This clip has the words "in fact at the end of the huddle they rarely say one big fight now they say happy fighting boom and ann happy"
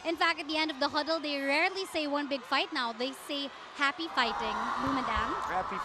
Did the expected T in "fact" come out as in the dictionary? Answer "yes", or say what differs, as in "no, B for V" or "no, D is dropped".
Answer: yes